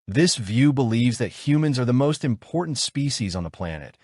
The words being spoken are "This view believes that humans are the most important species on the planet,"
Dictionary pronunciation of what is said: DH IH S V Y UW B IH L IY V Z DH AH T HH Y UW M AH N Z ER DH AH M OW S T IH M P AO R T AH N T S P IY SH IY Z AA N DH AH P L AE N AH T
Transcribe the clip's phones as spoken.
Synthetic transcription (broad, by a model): DH IH S V Y UW B IH L IY V Z DH AH T HH Y UW M AH N Z ER DH AH M OW S T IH M P AO R T N T S P IY SH IY Z N DH AH P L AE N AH T